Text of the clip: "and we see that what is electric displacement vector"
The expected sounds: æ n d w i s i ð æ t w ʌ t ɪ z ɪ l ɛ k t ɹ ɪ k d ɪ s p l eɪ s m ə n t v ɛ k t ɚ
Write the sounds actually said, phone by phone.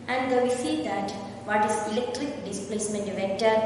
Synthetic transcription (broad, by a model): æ n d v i s i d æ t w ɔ t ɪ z ɪ l ɛ k t ɹ ɪ k d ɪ s p l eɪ s m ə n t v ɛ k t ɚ